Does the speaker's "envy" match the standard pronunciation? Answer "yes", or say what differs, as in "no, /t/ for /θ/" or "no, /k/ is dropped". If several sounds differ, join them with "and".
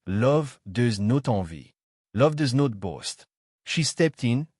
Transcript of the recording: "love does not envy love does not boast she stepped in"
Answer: no, /n/ is dropped